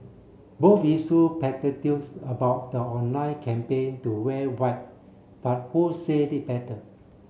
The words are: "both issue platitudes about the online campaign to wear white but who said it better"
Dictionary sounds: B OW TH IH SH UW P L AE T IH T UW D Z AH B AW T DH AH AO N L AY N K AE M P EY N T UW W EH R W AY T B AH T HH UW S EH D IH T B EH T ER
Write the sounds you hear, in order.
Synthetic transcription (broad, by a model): B OW F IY S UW P EH T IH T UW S AH B AW T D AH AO N AY K AE M P EY N T UW W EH W AY T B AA T HH UW S EH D IH T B EH T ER